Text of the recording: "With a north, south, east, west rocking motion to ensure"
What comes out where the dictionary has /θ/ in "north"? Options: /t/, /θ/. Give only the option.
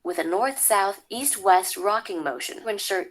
/θ/